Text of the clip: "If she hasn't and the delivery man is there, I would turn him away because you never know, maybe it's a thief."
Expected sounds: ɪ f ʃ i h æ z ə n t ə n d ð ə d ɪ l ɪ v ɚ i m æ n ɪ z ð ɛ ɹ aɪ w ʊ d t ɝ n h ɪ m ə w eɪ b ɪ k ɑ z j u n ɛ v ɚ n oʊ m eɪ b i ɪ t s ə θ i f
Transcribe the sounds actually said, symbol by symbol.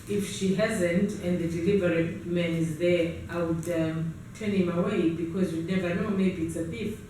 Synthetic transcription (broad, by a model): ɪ f ʃ i h æ z ə n t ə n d ð ə d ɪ l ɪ v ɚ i m æ n ɪ z ð ɛ ɹ aɪ w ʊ d t ɝ n h ɪ m ə w eɪ b ɪ k ɑ z j u n ɛ v ɚ n oʊ m eɪ b i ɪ t s ə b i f